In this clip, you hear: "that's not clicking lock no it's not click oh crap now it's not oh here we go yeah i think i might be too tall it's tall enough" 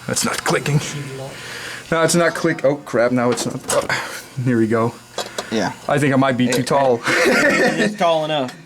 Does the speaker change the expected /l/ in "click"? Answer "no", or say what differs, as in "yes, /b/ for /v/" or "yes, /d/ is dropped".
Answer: yes, /w/ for /l/